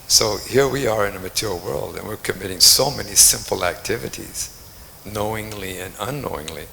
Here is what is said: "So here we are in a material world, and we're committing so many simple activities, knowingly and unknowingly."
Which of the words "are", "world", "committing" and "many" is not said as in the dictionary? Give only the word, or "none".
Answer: none